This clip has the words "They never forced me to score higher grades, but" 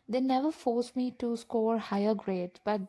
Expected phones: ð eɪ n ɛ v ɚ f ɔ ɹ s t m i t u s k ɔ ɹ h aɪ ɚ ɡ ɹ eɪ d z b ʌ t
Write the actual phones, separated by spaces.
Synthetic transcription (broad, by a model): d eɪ n ɛ v ɚ f ɔ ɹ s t m i t u s k ɔ ɹ h aɪ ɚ ɡ ɹ eɪ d b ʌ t